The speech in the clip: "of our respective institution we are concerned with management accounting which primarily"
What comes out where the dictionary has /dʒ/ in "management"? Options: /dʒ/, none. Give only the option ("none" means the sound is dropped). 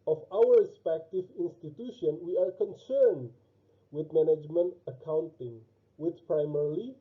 /dʒ/